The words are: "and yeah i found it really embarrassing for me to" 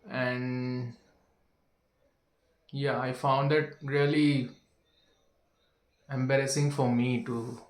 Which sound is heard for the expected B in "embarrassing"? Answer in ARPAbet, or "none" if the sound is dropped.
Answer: B